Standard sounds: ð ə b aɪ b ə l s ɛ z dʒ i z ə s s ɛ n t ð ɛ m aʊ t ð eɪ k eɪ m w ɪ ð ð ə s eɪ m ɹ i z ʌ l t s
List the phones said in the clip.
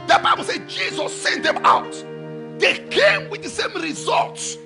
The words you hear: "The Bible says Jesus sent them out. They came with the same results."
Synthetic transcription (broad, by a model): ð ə b aɪ b ə l s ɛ dʒ i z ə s s ɛ n t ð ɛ m aʊ t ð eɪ k eɪ m w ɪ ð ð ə s eɪ m ɹ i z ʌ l t s